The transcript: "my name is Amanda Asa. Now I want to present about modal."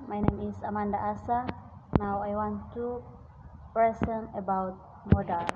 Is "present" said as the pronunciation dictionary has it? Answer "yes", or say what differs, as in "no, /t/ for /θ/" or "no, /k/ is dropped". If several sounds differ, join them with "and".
no, /ɹ/ is dropped and /s/ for /z/ and /t/ is dropped